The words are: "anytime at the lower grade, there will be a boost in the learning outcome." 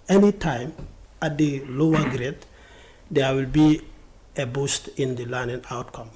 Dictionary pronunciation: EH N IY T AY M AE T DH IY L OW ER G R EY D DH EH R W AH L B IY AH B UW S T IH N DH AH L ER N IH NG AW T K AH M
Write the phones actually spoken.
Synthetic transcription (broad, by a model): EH N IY T AY M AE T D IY L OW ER G R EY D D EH W AH L B IY AH B UW S T IH N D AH L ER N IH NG AW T K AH M